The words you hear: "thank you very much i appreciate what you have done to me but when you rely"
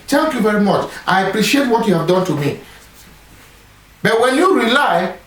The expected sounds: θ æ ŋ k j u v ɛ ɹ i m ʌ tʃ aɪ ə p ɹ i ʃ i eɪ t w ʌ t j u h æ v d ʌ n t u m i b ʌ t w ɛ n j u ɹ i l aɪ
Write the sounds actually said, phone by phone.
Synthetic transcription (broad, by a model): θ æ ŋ k j u v ɛ ɹ i m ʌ tʃ aɪ ə p ɹ i ʃ i eɪ t w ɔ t j u h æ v d ʌ n t u m i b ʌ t w ɛ n j u ɹ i l aɪ